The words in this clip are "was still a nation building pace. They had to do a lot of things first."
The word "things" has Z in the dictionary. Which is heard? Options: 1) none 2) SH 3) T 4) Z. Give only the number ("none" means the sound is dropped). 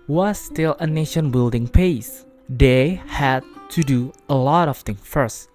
1